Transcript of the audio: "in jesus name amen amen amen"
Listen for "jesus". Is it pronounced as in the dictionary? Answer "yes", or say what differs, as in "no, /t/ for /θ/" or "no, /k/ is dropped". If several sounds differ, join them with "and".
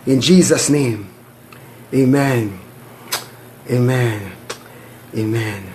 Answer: yes